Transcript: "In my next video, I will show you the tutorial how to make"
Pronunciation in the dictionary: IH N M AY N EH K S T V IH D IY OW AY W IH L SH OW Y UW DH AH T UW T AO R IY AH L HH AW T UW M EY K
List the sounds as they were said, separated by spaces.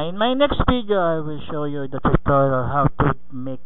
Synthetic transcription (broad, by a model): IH N M AY N EH K S T F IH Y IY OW AY W IH L SH OW Y UW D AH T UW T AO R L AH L HH AW T UW M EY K